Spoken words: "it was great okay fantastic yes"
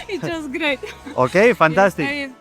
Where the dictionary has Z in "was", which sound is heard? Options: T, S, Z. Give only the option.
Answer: S